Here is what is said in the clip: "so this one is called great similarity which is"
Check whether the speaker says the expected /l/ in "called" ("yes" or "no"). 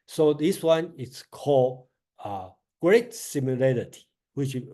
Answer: yes